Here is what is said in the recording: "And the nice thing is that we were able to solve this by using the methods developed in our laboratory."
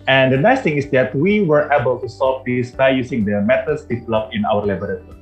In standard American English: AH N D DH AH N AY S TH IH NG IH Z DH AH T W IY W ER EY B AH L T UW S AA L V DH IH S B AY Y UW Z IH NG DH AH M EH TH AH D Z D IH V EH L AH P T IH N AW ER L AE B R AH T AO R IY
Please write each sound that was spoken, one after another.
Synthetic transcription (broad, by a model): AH N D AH N AY S T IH NG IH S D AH T W IY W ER EY B AH L T UW S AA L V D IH S B AY Y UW S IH NG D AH M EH T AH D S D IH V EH L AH P IH N AW ER L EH B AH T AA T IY